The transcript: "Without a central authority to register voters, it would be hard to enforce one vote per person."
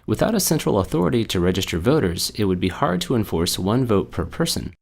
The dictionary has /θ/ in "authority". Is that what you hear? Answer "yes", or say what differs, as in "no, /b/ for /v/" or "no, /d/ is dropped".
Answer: yes